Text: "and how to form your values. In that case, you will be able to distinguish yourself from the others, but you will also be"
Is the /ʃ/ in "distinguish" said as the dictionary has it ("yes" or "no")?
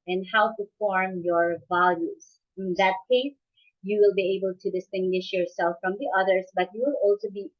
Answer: yes